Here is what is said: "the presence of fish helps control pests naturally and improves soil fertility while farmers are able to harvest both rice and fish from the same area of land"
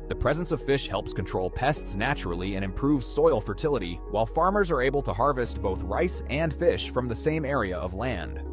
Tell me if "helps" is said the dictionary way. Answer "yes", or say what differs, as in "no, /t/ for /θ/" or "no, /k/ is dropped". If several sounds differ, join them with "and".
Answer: yes